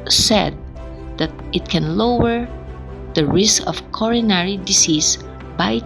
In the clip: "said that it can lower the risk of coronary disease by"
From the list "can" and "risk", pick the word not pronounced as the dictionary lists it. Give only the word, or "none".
none